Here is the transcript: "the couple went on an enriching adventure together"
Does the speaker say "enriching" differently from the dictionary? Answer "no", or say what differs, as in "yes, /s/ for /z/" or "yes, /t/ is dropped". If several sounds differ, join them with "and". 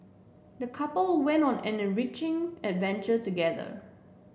no